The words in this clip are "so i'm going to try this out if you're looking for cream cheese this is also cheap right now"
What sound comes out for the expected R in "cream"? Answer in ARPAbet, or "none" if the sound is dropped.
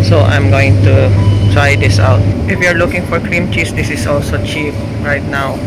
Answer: R